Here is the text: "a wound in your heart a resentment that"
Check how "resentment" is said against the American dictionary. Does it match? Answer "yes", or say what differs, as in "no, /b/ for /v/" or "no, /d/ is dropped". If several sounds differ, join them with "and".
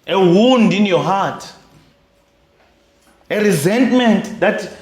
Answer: yes